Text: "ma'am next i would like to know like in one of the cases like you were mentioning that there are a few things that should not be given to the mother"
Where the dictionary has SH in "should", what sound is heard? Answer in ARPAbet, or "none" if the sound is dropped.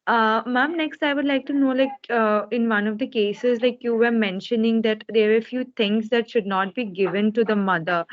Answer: SH